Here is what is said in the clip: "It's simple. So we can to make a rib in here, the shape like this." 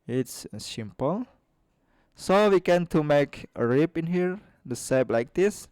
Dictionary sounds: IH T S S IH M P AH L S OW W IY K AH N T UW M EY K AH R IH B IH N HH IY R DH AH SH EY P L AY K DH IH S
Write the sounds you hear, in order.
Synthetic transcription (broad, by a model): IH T S S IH M P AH L S OW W IY K AH N T UW M EY K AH R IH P IH N HH IY R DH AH S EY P L AY K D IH S